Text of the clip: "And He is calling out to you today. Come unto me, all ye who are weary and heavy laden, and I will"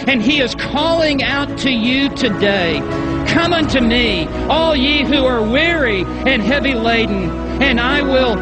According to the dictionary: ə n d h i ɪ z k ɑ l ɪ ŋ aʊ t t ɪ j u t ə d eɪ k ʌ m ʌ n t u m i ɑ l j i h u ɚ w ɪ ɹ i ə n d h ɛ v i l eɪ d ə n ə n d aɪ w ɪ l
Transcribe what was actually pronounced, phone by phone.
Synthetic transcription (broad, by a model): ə n i ɪ z k ɑ l ɪ ŋ aʊ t t ɪ j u t ə d eɪ k ʌ m ʌ n t u m i ɑ l j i h u ɚ w ɪ ɹ i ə n h ɛ v i l eɪ d n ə n aɪ w ɪ l